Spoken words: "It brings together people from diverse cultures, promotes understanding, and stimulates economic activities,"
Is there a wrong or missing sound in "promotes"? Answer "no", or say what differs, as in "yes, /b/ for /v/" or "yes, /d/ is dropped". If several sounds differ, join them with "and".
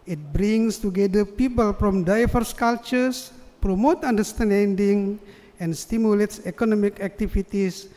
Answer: yes, /s/ is dropped